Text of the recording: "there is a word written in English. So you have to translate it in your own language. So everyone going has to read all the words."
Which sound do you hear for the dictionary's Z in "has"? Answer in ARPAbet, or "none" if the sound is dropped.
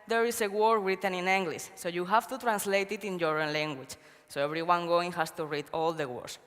S